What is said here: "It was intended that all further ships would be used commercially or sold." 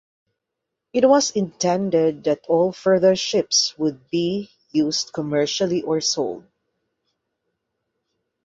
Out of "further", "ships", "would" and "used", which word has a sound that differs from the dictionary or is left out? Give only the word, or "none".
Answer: used